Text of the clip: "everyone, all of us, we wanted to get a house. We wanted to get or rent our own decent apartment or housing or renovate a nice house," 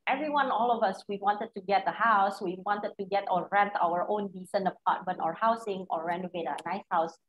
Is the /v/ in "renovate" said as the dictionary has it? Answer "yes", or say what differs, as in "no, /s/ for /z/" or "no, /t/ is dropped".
yes